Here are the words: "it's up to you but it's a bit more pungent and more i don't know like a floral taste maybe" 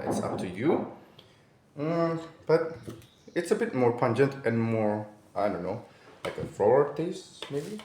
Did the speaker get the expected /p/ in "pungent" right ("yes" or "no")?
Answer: yes